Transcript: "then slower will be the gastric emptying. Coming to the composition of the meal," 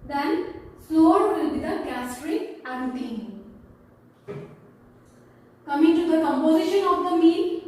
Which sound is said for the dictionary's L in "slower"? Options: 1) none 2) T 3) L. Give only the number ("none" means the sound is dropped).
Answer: 1